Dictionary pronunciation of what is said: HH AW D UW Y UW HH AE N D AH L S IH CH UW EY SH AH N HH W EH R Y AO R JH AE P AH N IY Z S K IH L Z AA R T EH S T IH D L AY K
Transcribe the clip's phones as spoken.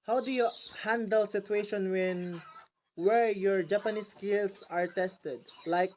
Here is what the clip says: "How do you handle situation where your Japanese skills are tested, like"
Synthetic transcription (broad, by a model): HH AW D UW Y UW HH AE N D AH L S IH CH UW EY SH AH N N W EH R Y AO R JH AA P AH N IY S K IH L S AA R T EH S T IH D L AY K